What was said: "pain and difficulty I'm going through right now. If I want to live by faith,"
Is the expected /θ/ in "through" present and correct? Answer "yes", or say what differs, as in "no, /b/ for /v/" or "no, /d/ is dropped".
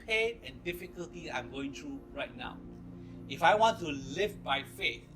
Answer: no, /t/ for /θ/